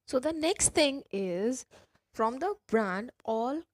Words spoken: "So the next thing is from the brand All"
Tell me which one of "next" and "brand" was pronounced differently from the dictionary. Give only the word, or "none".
none